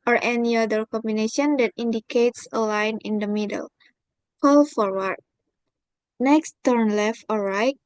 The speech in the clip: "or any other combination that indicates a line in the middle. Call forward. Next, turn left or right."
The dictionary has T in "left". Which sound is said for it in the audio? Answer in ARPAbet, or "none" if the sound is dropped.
T